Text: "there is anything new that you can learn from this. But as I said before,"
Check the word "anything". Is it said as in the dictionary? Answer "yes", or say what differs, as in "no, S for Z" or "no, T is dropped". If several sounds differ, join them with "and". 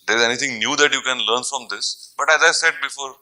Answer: no, T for TH